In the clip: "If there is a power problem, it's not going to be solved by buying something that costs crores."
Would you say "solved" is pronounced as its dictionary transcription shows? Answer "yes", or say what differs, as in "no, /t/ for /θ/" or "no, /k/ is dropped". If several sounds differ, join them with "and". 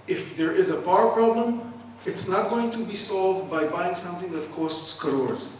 yes